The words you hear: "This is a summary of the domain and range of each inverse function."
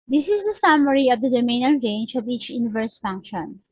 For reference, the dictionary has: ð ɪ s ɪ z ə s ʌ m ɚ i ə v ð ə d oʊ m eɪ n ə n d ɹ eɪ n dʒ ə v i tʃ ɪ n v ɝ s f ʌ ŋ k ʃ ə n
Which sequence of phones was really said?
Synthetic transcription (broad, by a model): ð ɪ s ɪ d ə s ʌ m ɚ i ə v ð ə d oʊ m eɪ n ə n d ɹ eɪ n dʒ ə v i tʃ ɪ n v ɝ s f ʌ ŋ k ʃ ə n